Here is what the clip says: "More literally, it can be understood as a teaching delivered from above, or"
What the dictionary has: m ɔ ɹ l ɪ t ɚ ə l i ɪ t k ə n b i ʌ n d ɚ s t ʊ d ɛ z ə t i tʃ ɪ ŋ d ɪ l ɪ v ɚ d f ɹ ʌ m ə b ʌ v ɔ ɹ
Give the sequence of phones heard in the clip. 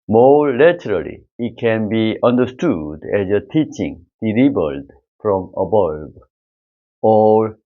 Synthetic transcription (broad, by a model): m ɔ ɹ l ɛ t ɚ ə l i ɪ t k ə n b i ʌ n d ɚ s t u d ɛ z ə t i tʃ ɪ ŋ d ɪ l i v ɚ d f ɹ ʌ m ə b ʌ b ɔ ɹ